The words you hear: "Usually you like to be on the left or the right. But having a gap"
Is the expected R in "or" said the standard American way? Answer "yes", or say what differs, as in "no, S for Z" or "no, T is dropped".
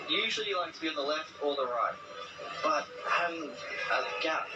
no, L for R